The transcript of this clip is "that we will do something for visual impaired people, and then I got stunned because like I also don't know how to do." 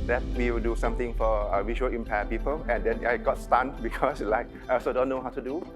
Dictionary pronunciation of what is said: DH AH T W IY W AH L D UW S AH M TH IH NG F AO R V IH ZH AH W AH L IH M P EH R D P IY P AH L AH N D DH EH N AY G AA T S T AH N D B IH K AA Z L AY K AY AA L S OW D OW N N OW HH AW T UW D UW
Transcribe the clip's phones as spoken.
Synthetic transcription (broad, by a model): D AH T W IY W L D UW S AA M T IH NG F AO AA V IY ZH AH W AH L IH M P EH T P IY P AH L AH N D EH N AY G AA T S T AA N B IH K AA S L AY K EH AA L S OW D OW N N OW HH AW T UW D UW